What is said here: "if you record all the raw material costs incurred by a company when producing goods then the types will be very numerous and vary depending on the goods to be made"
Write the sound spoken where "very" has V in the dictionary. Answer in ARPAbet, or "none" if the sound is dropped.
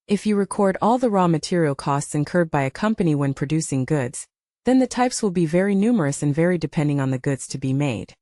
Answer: V